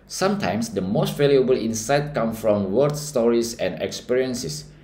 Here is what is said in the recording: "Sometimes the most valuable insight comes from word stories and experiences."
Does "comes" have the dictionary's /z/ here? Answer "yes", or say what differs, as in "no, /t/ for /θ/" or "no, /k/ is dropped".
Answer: no, /z/ is dropped